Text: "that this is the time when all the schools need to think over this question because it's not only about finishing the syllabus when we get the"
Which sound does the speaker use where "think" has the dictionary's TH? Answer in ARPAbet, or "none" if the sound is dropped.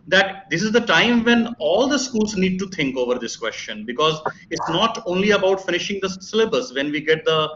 T